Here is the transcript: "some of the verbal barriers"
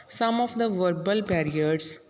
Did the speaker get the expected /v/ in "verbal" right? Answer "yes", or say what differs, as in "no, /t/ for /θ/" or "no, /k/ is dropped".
yes